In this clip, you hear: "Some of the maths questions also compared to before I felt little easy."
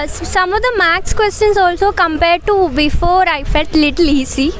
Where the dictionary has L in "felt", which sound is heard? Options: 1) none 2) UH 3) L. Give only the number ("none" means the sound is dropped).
1